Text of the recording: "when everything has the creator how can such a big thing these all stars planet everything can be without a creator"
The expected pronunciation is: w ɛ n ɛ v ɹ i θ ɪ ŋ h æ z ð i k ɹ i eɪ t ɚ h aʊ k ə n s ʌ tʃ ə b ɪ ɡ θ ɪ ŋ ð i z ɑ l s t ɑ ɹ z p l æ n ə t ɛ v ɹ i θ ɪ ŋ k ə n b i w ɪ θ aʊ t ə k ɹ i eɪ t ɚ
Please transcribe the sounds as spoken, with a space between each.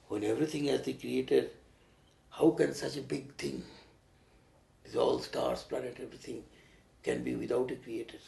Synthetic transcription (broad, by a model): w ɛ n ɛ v ɹ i t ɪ ŋ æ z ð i k ɹ i eɪ t ɚ h aʊ k ə n s ʌ tʃ ə b ɪ ɡ t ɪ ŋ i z ɑ l s t ɑ ɹ s p l æ n ə t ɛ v ɹ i t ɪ ŋ k ə n b i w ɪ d aʊ t ə k ɹ i eɪ t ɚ